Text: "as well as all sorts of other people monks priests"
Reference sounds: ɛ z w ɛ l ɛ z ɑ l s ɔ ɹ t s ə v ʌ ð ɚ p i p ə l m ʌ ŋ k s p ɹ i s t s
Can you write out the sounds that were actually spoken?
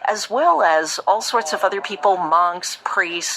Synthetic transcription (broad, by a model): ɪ z w ɛ l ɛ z ɑ l s ɔ ɹ t s ə v ʌ ð ɚ p i p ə l m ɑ ŋ k s p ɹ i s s